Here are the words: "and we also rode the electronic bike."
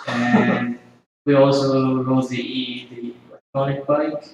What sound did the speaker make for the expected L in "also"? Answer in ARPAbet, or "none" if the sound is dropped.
L